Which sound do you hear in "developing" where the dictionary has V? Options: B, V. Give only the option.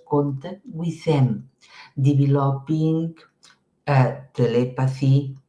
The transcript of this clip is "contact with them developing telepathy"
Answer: B